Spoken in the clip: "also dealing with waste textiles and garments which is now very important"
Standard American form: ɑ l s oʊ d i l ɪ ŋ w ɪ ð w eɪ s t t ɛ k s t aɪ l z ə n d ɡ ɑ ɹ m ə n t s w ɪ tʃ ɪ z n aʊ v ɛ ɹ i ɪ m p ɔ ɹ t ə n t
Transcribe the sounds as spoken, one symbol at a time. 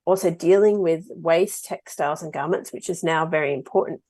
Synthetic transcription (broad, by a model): ɑ l s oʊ d i l ɪ ŋ w ɪ ð w eɪ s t t ɛ k s t aɪ l z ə n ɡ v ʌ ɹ m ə n t s w ɪ tʃ ɪ z n aʊ v ɛ ɹ i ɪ m p ɔ ɹ t n t